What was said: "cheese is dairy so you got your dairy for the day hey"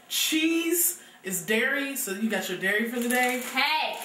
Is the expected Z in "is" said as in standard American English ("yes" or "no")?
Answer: yes